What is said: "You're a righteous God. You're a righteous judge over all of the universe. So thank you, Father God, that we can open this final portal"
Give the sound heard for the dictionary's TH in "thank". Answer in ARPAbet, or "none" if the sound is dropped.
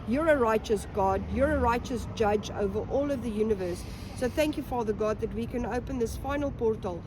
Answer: TH